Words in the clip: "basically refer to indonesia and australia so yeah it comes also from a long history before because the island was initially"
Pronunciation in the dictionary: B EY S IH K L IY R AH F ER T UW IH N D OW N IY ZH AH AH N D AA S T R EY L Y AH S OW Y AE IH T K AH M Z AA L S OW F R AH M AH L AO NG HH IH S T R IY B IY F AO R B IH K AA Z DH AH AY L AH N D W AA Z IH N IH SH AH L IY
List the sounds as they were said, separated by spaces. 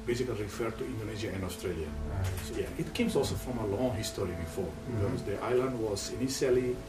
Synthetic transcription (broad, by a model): B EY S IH K L IY R AH F ER T UW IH N D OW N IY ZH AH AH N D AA S T R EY L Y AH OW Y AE IH T K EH M S AA L S OW F R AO M AH L AO NG HH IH S T R IY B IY F AO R B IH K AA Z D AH AY L AH N D W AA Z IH N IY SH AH L IY